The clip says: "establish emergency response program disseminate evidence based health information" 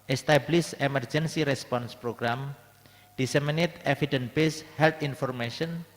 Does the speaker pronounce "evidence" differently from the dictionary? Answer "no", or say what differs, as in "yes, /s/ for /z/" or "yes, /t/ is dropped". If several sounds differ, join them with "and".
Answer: yes, /s/ is dropped